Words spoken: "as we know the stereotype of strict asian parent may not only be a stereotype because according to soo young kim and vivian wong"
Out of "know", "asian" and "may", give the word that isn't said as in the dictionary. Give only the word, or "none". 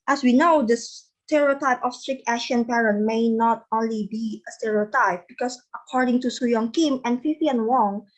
asian